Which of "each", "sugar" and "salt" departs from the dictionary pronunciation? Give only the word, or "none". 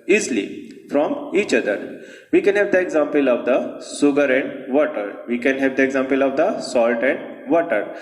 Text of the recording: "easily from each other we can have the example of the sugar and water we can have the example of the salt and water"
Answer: sugar